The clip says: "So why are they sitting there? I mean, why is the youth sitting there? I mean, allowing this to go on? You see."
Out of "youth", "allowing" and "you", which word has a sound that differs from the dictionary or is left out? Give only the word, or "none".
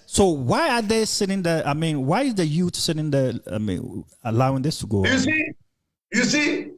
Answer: youth